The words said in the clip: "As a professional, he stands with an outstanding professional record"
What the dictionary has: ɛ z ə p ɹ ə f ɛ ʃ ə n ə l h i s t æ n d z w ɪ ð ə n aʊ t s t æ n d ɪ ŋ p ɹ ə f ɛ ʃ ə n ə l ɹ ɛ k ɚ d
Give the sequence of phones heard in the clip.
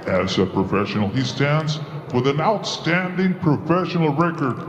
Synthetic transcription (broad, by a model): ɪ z ə p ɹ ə f ɛ ʃ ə n l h i s t æ n d z w ɪ ð ə n aʊ t s t æ n d ɪ ŋ p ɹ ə f ɛ ʃ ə n l ɹ ɛ k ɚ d